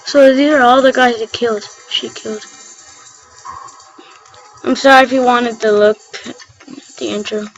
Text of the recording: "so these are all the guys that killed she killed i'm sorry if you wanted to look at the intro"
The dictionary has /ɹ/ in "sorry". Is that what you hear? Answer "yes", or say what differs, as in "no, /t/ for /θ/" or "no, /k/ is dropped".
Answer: yes